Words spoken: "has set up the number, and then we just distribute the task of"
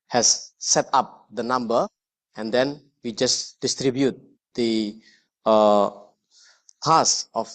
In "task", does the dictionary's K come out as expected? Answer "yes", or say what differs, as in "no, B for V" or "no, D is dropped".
no, K is dropped